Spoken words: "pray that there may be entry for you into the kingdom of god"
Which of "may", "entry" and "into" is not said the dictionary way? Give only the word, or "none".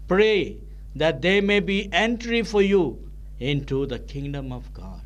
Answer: none